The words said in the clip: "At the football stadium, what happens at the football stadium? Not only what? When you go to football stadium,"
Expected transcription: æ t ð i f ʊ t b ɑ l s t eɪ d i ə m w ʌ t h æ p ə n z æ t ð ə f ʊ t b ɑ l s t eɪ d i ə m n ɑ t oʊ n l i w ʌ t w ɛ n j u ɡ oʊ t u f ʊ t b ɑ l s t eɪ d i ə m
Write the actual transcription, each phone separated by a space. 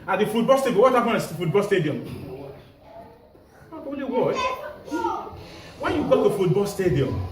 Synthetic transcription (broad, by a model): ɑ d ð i f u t b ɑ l s t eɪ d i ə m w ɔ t h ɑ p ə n ɑ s f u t b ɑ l s t eɪ d i ə m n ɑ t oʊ l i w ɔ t w ɛ n j u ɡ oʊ t u f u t b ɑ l s t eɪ d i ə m